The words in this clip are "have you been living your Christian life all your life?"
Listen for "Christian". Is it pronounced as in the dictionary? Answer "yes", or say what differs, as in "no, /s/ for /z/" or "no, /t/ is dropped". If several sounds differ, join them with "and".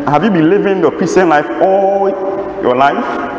no, /tʃ/ is dropped